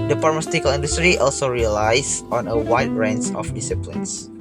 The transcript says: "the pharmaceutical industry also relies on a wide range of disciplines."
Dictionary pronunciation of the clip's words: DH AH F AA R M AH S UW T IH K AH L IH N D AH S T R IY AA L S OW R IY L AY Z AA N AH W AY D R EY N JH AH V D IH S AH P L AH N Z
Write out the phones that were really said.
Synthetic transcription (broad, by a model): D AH P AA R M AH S T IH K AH L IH N D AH S T R IY AA L S OW R IY L AY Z AA N AH W AY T R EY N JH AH F D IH S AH P L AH N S